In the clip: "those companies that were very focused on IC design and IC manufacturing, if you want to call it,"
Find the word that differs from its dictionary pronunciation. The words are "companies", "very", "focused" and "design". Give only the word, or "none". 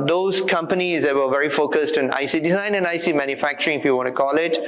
none